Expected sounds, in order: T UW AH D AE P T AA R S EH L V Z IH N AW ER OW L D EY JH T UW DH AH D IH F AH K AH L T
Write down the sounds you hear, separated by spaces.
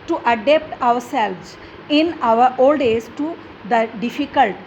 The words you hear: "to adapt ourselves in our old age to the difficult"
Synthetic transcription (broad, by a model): T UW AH D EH P T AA R S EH L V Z IH N AW ER OW L D EY Z T UW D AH D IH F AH K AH L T